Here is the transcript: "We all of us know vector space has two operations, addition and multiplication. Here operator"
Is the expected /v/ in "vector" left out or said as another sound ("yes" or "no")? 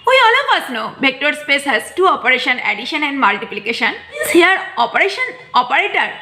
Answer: yes